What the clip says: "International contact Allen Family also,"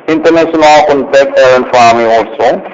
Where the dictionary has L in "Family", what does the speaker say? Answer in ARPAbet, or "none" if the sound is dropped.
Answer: none